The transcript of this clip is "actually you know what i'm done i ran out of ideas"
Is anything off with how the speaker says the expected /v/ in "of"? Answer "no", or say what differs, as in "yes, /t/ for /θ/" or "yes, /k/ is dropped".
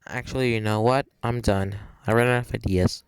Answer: yes, /f/ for /v/